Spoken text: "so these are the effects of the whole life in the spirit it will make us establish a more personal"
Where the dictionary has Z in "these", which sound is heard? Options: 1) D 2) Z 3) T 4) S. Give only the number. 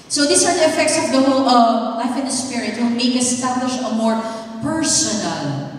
4